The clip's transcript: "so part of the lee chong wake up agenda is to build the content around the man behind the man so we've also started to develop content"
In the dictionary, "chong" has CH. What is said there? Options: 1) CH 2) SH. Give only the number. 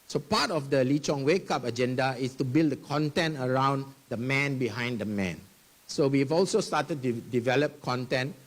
1